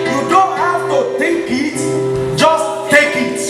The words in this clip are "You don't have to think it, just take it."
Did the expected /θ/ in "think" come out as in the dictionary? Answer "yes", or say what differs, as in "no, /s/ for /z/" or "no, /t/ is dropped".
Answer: no, /t/ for /θ/